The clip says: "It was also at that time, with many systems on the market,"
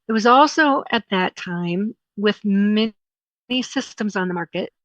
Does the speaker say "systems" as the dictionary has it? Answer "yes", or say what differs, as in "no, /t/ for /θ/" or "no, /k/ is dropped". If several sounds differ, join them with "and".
yes